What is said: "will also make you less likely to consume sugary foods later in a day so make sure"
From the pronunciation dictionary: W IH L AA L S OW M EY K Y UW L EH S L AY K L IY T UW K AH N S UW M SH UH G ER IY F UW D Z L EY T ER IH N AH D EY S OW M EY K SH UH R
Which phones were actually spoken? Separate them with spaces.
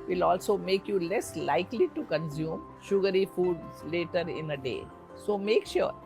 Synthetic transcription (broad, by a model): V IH L AA L S OW M EY K Y UW L EH S L AY K L IY T UW K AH N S UW M SH UH G ER IY F UW D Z L EY T ER IH N AH D EY S OW M EY K SH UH R